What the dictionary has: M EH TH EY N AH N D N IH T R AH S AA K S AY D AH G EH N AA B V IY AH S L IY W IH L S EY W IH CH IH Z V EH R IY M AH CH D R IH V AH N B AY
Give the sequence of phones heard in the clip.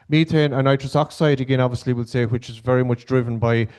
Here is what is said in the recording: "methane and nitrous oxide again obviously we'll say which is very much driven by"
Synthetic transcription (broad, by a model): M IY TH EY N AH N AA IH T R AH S AA K S AY D AH G EH N AA B V IY AH S L IY W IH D S EY W IH CH IH Z V EH R IY M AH CH D R IH V AH N B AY